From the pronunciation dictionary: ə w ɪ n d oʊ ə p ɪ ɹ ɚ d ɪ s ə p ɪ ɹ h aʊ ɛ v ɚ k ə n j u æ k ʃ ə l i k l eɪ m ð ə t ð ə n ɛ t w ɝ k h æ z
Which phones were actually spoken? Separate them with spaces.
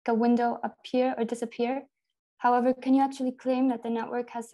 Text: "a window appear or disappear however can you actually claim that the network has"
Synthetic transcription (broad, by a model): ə w ɪ n d oʊ ə p ɪ ɹ ɚ d ɪ s ə p ɪ ɹ h aʊ ɛ v ɚ k ə n j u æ k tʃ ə l i k l eɪ m ð ə t ð ə n ɛ t w ɝ k h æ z